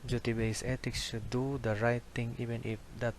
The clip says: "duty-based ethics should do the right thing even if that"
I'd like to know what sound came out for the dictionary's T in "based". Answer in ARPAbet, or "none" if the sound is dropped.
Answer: none